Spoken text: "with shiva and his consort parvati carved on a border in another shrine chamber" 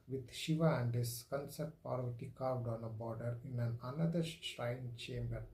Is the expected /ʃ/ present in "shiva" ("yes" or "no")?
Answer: yes